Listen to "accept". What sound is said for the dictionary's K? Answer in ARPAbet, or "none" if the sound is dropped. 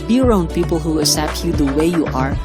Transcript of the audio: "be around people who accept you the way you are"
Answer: none